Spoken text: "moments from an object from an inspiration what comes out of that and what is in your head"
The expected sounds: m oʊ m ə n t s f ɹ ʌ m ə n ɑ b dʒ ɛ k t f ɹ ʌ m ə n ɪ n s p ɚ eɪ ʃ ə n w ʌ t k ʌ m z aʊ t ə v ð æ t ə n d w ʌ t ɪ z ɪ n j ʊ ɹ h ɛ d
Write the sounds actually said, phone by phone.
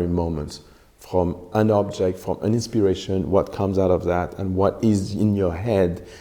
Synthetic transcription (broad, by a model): m oʊ m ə n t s f ɹ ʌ m ə n ɑ b dʒ ɛ k t f ɹ ʌ m ə n ɪ n s p ɚ eɪ ʃ ə n w ʌ t k ʌ m z aʊ t ə v ð æ t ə n w ʌ t ɪ z ɪ n j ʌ ɹ h ɛ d